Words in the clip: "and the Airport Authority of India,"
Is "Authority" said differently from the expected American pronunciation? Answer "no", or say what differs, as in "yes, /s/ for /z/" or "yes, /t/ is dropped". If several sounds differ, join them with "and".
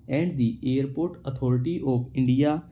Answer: yes, /t/ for /θ/